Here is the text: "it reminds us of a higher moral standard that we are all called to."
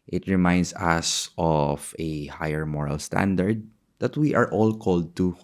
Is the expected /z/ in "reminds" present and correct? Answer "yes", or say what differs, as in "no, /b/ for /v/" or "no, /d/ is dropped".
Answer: no, /s/ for /z/